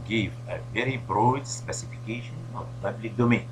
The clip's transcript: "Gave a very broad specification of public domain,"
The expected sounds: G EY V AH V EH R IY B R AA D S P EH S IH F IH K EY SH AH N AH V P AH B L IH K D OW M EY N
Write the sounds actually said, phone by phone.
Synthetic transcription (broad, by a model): G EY V AH V EH R IY B R AA D S P EH S IH F IH K EY SH AH N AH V P AH B L IH K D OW M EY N